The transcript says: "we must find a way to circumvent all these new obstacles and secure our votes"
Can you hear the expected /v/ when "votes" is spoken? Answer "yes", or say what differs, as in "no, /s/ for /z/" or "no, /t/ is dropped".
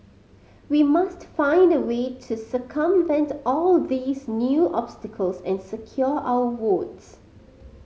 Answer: no, /w/ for /v/